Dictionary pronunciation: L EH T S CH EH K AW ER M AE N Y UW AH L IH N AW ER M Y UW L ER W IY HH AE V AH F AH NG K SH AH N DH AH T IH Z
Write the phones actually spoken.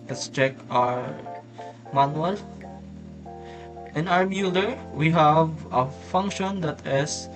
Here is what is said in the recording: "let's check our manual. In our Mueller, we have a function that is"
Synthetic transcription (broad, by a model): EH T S CH EH K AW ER M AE N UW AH L IH N AW ER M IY L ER W IY HH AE V AH F AH NG K SH AH N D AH T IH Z